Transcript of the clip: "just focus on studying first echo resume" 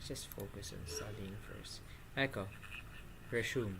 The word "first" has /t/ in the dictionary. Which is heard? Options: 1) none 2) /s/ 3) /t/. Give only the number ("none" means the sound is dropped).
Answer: 1